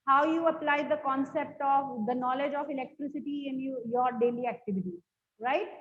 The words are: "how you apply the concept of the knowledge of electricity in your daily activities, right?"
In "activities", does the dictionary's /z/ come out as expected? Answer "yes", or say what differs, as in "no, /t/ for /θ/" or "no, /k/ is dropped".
no, /z/ is dropped